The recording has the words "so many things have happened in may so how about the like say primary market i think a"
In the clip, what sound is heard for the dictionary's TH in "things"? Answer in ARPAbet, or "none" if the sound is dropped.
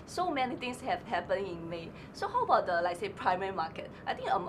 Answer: T